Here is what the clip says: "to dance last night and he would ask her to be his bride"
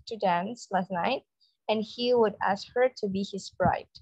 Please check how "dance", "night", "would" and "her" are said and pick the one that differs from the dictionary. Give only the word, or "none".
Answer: none